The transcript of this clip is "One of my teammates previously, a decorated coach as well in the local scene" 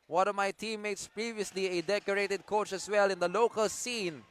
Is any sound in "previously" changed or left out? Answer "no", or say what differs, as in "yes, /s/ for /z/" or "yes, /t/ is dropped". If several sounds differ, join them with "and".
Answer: no